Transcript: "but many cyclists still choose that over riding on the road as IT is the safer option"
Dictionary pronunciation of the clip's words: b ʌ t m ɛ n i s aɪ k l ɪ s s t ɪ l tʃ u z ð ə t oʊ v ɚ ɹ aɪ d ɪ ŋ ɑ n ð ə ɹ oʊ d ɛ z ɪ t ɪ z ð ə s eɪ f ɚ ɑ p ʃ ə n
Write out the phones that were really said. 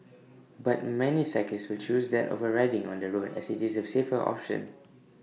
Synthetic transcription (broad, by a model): b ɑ t m ɛ n i s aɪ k ɪ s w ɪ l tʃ u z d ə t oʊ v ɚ ɹ aɪ d ɪ ŋ ɑ n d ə ɹ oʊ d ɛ s ɪ t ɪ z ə s eɪ f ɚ ɑ p ʃ ə n